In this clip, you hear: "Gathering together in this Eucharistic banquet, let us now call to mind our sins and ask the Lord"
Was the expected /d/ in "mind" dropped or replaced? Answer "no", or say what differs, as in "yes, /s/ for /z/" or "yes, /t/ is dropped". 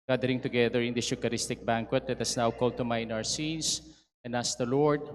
yes, /d/ is dropped